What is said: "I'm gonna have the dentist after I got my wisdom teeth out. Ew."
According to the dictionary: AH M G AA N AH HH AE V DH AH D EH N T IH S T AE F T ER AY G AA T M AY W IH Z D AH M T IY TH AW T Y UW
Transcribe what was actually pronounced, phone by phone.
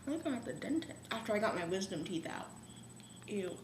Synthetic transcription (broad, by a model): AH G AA AH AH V DH AH D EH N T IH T AE F T ER AY G AA T M AY W IH Z D AH M T IY TH AW T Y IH